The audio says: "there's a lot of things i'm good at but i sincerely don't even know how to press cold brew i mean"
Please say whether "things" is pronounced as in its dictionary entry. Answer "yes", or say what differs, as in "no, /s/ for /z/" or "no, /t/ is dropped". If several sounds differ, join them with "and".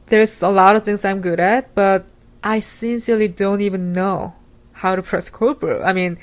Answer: yes